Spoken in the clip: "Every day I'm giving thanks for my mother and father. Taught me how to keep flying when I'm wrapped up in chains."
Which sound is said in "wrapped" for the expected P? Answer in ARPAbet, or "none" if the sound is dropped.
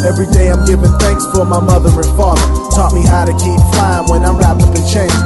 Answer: none